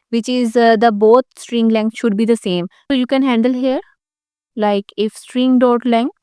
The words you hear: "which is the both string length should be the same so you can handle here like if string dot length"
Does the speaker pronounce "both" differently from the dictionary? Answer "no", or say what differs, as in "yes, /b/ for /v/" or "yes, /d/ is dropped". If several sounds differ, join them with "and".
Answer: yes, /t/ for /θ/